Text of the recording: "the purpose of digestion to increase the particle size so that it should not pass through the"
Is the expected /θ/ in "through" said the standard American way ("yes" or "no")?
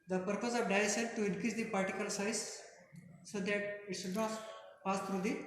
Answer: no